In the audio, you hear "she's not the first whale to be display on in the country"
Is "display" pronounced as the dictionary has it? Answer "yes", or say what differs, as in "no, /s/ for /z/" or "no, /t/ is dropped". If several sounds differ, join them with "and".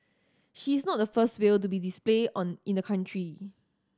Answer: yes